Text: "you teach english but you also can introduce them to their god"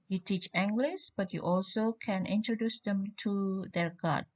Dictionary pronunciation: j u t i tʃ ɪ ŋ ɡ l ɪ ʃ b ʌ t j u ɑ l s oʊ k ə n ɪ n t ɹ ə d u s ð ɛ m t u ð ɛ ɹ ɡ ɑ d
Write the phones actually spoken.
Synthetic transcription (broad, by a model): j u t i tʃ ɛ ŋ ɡ l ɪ s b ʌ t j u ɑ l s oʊ k ə n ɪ n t ɹ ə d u s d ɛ m t u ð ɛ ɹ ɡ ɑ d